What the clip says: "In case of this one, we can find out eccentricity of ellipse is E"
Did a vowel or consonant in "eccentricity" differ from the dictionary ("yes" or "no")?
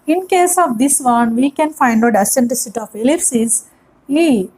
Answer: yes